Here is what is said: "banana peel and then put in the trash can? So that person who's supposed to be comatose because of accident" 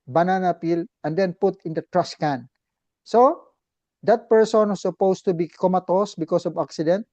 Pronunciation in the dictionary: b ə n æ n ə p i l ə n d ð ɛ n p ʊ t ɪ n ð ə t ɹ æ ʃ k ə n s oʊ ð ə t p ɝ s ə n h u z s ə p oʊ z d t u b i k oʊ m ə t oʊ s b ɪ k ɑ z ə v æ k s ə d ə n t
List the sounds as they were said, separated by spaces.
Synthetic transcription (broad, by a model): b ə n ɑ n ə p i l ə n d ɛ n p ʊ t ɪ n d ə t ɹ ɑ s k ə n s oʊ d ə t p ɝ s ə n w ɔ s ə p oʊ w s t u b i k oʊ m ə t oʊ s b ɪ k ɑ s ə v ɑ k s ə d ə n t